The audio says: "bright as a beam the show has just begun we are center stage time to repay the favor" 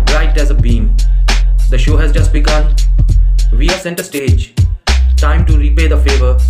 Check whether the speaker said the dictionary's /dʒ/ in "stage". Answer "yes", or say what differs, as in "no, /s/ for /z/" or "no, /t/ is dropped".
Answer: yes